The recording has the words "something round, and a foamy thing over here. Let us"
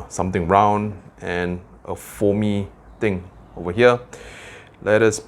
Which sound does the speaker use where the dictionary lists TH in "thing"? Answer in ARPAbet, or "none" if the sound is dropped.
T